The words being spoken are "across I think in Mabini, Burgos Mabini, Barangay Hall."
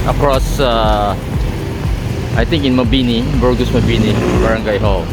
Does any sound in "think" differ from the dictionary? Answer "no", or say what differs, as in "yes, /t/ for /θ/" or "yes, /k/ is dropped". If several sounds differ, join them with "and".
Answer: yes, /t/ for /θ/